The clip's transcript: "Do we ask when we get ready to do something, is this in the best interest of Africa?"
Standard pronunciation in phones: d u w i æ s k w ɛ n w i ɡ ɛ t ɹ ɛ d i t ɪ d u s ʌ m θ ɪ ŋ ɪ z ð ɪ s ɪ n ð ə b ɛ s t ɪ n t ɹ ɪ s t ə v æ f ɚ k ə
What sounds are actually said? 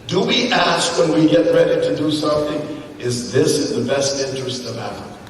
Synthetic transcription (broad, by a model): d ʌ w i æ s k w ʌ n w i ɡ ɛ t ɹ ɛ d i t ɪ d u s ʌ m θ ɪ ŋ ɪ z ð ɪ s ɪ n ð ə b ɛ s t ɪ n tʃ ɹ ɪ s t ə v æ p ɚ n